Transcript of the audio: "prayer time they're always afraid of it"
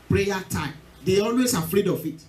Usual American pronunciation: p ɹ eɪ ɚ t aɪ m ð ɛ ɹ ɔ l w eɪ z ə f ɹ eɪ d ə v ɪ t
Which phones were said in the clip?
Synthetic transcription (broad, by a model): p ɹ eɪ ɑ t aɪ m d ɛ ɔ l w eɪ s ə f ɹ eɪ d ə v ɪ t